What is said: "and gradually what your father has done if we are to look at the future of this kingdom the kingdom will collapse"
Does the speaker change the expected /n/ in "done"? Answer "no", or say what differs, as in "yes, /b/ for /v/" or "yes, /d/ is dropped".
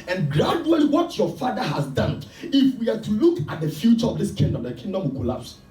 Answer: no